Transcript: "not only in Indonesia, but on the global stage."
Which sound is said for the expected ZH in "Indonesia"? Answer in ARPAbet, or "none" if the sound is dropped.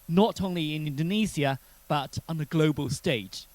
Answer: Z